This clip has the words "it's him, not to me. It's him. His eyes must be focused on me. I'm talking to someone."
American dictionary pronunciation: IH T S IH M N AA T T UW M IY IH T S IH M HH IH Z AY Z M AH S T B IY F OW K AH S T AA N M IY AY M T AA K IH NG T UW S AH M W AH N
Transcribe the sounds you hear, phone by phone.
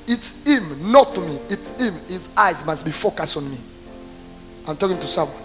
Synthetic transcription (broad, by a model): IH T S IH M N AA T T UW M IY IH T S IH M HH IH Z AY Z M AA S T B IY F OW K AH S T AA N M IY AY M T AA K IH NG T UW S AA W